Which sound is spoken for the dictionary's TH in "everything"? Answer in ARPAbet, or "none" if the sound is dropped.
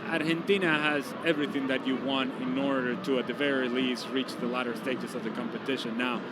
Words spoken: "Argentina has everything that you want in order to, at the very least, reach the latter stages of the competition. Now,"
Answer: TH